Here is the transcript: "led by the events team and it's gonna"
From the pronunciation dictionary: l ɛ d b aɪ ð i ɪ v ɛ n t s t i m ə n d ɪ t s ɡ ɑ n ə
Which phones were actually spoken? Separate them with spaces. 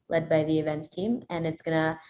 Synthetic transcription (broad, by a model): l ɛ d b aɪ ð i ɪ v ɛ n t s t i m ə n ɪ t s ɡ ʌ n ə